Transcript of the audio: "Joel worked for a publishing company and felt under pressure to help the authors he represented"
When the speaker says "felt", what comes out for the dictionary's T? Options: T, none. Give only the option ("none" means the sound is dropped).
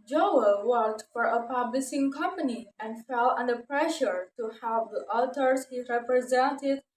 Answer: none